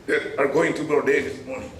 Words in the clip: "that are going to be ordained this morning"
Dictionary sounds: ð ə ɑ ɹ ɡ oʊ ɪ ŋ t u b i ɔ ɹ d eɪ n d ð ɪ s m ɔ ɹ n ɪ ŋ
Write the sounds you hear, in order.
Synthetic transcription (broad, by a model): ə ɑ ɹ ɡ oʊ ɪ ŋ t u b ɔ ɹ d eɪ d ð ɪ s m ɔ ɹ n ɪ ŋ